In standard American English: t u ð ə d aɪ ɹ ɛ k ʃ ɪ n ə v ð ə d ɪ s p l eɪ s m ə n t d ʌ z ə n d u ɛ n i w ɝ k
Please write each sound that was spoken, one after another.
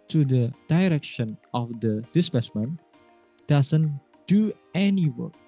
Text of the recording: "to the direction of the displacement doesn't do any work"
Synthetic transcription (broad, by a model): t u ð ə d aɪ ɹ ɛ k ʃ ɪ n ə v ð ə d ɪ s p eɪ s m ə n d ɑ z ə n d u ɛ n i w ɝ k